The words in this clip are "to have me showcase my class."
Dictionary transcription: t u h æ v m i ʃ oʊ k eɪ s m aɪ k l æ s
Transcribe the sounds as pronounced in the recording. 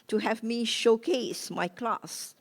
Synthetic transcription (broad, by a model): t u h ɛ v m i ʃ oʊ k eɪ s m aɪ k l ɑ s